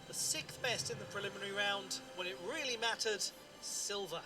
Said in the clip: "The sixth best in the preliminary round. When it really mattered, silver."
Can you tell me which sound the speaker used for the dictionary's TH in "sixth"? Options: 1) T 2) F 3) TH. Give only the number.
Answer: 3